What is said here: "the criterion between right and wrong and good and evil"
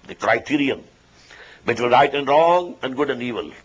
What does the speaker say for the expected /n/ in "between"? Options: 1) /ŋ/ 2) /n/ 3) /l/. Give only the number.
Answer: 3